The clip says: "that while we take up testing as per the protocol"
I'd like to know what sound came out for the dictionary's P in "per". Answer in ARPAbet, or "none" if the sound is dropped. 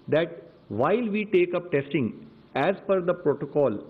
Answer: F